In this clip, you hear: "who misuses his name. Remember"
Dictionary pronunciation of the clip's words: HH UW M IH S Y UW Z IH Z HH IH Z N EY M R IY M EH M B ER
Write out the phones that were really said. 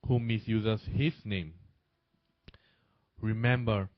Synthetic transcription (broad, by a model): HH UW M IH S Y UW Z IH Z HH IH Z N EY M R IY M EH M B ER